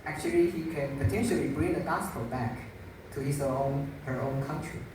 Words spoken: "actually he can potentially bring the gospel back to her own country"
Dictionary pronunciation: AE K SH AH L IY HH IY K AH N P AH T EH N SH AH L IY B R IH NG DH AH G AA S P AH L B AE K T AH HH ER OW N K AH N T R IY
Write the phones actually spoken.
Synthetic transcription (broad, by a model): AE K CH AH L IY HH IY K AH N P AH T EH N SH AH L IY B R IH NG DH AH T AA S F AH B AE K T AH HH ER OW N K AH N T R IY